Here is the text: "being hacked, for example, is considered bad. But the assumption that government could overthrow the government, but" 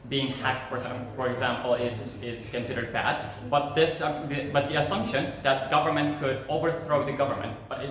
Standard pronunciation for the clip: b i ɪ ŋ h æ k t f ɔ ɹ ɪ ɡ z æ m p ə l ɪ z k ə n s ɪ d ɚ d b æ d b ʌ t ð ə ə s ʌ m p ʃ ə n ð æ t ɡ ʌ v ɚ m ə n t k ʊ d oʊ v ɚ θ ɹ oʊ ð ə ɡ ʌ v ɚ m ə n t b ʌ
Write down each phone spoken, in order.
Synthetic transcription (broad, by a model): b i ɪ ŋ h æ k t f ɔ ɹ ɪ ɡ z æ m p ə l ɪ z k ə n s ɪ d ɚ d b æ d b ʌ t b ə ə s ʌ m p ʃ ə n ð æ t ɡ ʌ v ɚ m ə n t k ʊ d oʊ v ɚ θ ɹ oʊ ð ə ɡ ʌ v ɚ m ə n t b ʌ